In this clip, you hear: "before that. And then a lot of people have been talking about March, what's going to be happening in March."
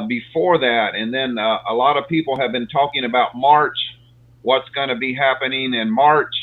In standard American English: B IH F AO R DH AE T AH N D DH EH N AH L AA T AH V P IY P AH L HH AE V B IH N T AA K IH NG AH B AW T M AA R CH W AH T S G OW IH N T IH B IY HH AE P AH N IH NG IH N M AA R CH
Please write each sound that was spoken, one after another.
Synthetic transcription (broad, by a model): B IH F AO R DH AE T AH N DH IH N AH L AA T AH V P IY P L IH V B IH N T AA K IH NG AH B AW T M AA R CH W AH T S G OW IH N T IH B IY HH AE P AH N IH NG IH N M AA R CH